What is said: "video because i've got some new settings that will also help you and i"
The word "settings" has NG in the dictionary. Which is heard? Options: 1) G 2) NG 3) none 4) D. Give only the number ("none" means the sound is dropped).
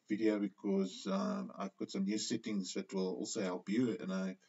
2